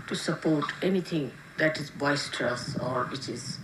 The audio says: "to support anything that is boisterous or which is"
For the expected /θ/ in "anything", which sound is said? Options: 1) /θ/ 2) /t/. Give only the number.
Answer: 2